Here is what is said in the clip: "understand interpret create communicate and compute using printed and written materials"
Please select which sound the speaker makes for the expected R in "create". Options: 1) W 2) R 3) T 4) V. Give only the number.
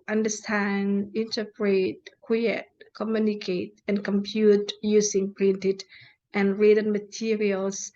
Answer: 1